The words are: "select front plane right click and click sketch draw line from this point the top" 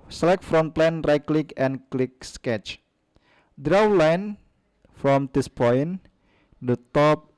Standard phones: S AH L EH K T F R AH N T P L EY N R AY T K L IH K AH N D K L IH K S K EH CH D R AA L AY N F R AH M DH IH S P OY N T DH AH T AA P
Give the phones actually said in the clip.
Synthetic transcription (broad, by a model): S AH L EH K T F R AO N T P L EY N R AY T K L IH K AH N K L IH K S K EH CH D R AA L AY N F R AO M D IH S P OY N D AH T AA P